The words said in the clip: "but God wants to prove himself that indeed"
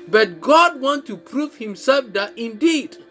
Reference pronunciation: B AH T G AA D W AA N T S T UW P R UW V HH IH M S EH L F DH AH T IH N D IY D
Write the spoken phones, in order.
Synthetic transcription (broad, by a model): B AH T G AA D W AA N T T UW P R UW V HH IH M S EH L F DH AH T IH N D IY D